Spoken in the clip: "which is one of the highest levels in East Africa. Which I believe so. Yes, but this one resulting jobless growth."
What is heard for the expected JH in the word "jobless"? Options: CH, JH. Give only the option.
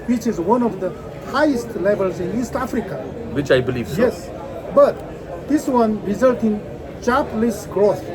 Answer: CH